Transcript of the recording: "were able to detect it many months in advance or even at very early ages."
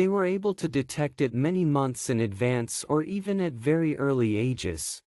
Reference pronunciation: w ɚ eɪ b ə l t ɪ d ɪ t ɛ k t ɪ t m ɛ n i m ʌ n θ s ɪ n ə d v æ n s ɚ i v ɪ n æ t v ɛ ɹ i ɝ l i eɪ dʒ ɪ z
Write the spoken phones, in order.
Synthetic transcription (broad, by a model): w ɚ eɪ b ə l t ɪ d ɪ t ɛ k t ɪ t m ɛ n i m ʌ n θ s ɪ n ə d v æ n s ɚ i v ɪ n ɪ t v ɛ ɹ i ɝ l i eɪ dʒ ɪ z